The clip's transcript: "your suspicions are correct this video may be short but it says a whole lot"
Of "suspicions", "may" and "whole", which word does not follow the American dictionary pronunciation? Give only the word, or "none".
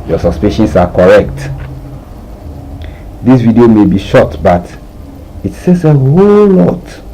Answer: suspicions